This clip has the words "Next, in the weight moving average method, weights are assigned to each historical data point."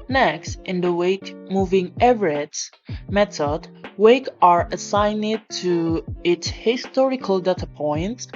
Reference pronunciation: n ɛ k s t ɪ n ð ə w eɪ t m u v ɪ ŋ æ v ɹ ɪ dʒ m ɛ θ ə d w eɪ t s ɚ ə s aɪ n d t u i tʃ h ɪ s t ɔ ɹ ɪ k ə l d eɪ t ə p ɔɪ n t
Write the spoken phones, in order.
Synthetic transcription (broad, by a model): n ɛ k s t ɪ n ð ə w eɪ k m u v ɪ ŋ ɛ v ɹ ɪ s m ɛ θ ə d w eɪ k ɚ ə s aɪ n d t u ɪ s h ɪ s t ɔ ɹ ɪ k ə l d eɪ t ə p ɔɪ n t